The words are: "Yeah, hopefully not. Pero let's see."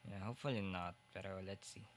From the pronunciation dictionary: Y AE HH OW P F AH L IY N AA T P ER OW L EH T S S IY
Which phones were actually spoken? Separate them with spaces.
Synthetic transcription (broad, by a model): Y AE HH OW F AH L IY N AA T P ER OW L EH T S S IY